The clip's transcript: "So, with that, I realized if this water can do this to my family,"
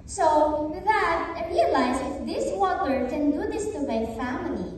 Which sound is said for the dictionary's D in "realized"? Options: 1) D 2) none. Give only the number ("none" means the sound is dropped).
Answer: 2